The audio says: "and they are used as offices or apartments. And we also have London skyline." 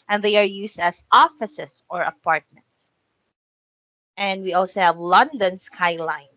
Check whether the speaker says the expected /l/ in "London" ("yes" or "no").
yes